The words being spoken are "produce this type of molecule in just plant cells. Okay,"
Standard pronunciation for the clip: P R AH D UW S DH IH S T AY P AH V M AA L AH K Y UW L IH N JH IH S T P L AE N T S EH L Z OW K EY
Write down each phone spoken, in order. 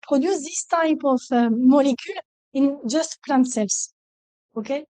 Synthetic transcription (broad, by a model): P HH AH D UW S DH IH S T AY P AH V M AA L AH K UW L IH N JH IH S T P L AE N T S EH L S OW K EY